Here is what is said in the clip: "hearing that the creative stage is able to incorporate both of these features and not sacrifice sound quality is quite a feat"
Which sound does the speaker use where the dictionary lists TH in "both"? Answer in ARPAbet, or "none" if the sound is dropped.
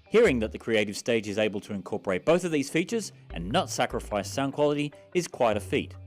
TH